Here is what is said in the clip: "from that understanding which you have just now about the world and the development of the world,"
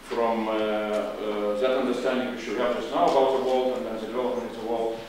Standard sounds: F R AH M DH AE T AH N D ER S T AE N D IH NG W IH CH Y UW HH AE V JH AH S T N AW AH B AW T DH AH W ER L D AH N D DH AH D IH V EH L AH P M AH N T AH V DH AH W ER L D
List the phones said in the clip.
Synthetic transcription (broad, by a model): F R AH M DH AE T AH N D ER S T AE N D IH NG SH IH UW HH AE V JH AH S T N AW AH B AW T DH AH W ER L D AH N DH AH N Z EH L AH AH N AH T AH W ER L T